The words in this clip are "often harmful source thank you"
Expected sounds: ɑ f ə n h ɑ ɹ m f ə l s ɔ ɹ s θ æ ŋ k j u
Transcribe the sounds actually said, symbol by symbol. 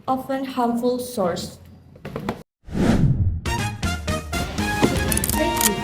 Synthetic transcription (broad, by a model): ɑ f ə n h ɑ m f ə l s ɔ ɹ s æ k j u